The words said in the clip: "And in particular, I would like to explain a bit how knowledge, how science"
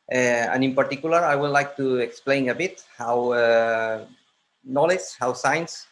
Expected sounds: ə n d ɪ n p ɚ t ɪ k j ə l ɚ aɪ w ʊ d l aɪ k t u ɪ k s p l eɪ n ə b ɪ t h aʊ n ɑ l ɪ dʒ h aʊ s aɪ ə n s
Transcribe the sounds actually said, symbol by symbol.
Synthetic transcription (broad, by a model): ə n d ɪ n p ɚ t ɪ k j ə l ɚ aɪ w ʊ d l aɪ k t u ɪ k s p l eɪ n ə b ɪ t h aʊ n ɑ l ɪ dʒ h aʊ s aɪ n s